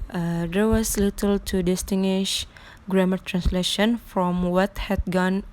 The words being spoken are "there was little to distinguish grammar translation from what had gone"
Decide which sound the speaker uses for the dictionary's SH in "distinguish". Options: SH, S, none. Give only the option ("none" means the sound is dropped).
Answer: SH